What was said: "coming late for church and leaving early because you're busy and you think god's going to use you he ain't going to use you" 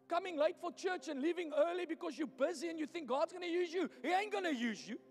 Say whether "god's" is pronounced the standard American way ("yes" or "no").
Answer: yes